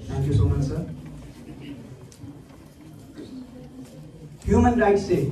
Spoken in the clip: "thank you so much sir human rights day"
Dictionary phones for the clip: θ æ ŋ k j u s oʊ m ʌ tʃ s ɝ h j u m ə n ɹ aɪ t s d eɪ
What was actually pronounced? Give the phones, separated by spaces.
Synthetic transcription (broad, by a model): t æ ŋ k j u s oʊ m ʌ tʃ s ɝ h j u m ə n ɹ aɪ t s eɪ